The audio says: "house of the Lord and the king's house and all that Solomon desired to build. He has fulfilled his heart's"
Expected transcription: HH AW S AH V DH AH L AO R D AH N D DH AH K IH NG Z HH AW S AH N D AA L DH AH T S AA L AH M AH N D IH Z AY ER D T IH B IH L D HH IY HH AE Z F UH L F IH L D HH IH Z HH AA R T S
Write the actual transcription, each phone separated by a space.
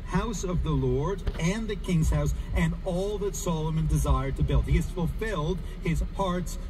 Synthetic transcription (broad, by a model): HH AW S AH V DH AH L AO R D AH N DH AH K IH NG Z HH AW S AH N AA L DH AH T S AA L AH M AH N D IH Z AY ER D T IH B IH L D HH IY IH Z F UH L F IH L D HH IH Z HH AA R T S